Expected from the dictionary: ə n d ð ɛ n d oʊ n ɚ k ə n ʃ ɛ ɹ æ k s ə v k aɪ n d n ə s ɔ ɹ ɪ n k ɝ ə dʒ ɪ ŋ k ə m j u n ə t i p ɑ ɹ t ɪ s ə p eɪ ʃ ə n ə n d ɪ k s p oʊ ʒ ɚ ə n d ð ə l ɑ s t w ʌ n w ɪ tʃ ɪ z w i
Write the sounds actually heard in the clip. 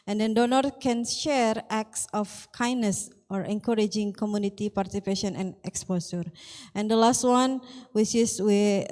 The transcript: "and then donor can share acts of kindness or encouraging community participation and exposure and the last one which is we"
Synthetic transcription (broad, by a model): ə n d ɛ n d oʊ n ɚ k ə n ʃ ɛ ɹ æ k s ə f k aɪ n n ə s ɔ ɹ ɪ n k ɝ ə dʒ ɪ ŋ k ə m j u n ə t i p ɑ ɹ t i s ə p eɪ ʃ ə n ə n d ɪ k s p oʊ s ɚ ə n d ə l ɑ s t w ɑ n w ɪ tʃ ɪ s w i